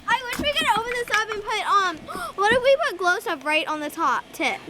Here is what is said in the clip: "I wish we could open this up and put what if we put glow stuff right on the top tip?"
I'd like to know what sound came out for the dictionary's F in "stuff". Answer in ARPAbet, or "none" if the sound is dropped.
P